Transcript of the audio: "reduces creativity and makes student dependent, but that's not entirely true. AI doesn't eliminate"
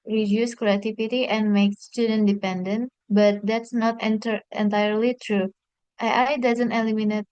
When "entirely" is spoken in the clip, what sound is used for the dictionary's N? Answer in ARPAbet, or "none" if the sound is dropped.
N